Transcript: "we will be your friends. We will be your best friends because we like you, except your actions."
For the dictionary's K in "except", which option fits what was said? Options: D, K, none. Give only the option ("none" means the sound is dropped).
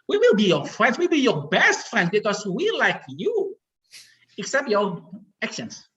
K